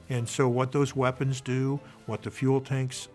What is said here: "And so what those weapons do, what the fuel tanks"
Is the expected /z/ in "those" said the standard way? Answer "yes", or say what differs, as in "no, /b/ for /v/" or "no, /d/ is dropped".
yes